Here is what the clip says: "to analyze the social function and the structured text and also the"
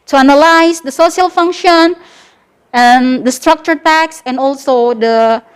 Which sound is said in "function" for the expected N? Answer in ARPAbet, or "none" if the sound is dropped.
N